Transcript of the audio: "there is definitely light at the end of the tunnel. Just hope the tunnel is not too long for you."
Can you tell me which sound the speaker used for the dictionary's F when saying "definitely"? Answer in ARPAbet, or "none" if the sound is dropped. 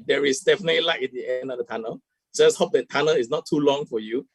F